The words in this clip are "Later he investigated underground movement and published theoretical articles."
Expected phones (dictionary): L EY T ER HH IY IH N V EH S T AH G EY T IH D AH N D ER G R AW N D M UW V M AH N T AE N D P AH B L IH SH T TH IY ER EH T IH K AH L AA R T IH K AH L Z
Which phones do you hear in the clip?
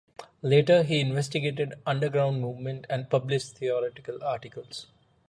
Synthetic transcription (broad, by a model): L EY T ER HH IY IH N V EH S T AH G EY T IH D AH N D ER G R AW N D M UW V M AH N T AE N D P AH B L IH SH T T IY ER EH T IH K AH L AA R T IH K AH L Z